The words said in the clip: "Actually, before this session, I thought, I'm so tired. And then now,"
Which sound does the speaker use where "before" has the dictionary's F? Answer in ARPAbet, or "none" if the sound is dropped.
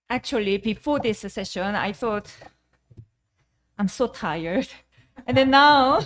F